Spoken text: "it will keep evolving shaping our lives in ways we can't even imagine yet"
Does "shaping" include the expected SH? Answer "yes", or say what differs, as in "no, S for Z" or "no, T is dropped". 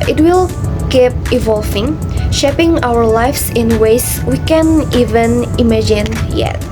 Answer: yes